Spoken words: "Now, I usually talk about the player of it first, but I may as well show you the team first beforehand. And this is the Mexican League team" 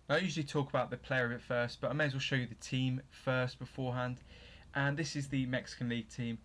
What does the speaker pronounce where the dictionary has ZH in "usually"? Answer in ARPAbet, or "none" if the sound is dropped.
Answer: ZH